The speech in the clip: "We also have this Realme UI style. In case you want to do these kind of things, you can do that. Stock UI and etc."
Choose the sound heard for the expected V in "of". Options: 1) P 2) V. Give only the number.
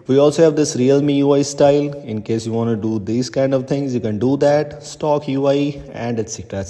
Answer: 2